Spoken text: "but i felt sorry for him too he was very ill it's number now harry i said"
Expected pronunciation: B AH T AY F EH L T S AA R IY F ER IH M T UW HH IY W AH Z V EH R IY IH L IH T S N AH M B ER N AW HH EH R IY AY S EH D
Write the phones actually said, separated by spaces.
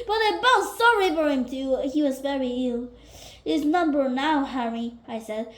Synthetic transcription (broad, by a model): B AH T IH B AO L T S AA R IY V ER IH M T UW HH IY W AH Z V EH R IY IH L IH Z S N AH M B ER N AW HH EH R IY AY S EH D